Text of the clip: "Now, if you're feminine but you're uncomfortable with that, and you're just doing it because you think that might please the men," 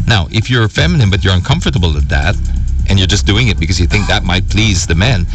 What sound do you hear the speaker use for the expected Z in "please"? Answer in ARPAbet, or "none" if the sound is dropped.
Z